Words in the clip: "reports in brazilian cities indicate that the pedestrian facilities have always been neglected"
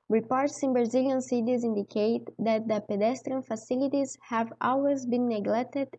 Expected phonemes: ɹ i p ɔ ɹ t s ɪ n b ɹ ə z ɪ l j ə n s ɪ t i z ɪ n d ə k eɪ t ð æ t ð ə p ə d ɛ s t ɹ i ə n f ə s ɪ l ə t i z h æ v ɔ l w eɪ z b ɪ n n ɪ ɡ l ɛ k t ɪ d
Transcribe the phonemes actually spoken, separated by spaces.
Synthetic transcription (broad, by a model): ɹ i p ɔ ɹ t s ɪ n b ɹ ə z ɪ l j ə n s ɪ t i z ɪ n d ə k eɪ t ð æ t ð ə p ə d ɛ s t ɹ i ə n f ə s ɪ l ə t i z h æ v ɔ l w eɪ z b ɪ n n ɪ ɡ l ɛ k t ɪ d